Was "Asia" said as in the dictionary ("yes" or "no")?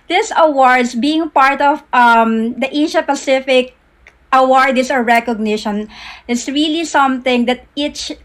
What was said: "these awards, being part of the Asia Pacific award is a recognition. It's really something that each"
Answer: no